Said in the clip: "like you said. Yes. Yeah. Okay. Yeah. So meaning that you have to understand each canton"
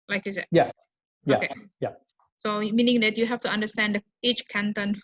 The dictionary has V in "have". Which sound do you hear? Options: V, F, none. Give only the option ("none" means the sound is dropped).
F